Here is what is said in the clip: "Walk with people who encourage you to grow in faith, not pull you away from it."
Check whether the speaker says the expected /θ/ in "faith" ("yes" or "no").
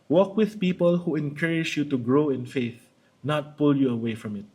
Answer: yes